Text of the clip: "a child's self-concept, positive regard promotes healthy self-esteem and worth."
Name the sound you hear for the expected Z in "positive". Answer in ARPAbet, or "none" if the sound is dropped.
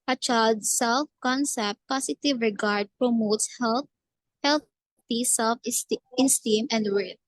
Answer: S